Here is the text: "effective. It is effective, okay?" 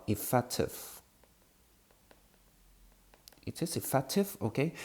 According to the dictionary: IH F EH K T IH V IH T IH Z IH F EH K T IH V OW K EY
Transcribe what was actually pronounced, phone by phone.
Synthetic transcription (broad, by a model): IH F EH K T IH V IH T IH S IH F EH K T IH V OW K EY